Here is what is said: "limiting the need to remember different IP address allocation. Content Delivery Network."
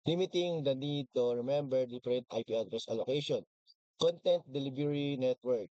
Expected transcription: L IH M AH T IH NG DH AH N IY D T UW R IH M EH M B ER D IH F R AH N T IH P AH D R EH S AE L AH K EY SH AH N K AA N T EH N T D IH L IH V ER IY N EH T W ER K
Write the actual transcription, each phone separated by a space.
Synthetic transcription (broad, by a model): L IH M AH T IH NG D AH N IY D T UW R IH M EH M B ER D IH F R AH N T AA P AH D R EH S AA L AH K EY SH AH N K AA N T EH N T D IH L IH B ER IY N EH T W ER K